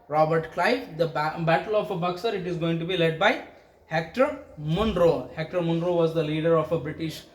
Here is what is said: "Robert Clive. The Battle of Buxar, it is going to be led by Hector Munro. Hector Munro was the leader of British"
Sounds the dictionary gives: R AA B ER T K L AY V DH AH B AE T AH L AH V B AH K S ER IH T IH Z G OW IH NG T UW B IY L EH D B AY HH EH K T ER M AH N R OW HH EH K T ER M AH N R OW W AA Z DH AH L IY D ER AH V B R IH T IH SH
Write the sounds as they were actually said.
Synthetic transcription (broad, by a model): R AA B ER T K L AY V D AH B AE T AH L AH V B AH K S ER IH T IH Z G OW IH NG T UW B IY L EH D B AY HH EH K T ER M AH N R OW HH EH K T ER M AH N R OW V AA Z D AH L IY D ER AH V B R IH T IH SH